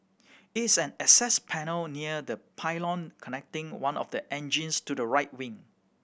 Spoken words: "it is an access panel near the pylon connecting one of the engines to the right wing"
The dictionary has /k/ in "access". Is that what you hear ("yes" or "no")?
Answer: no